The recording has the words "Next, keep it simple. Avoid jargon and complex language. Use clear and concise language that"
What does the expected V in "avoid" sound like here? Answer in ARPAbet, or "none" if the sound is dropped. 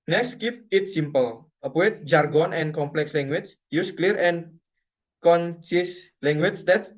W